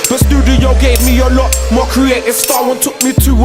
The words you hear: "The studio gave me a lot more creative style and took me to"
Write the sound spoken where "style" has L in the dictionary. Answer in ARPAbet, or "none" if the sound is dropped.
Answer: W